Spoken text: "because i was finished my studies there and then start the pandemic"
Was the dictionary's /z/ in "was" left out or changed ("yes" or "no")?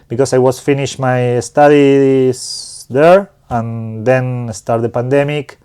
yes